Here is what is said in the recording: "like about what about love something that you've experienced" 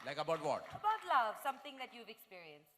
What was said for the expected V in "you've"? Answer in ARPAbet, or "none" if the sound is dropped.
V